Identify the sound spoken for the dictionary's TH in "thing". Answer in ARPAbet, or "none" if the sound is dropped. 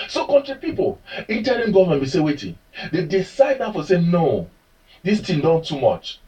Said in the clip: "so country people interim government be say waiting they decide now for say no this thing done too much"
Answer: T